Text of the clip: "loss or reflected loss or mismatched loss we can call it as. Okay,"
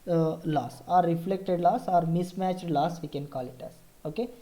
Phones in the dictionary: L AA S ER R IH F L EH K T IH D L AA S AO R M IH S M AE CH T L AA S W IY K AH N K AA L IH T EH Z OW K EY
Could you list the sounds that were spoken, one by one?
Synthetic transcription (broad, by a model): L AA S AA R IH F L EH K T IH D L AA S AO R M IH S M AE CH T L AA S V IY K AH N K AA L IH T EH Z OW K EY